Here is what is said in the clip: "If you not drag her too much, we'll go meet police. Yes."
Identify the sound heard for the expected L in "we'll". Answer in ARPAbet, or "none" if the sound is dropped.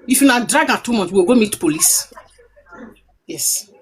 W